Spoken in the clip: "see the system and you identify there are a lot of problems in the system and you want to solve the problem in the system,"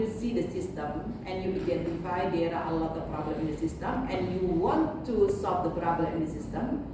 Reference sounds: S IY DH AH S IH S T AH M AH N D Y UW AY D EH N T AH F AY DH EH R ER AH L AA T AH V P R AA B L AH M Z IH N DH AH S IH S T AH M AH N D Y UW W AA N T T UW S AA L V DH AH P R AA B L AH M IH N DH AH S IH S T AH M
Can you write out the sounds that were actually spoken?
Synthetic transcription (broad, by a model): S IY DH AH S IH S T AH M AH N Y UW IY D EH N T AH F AY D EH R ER AH L AA T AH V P R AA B L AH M IH N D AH S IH S T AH M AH N Y UW W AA N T T UW S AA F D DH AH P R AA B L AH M IH N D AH S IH S T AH M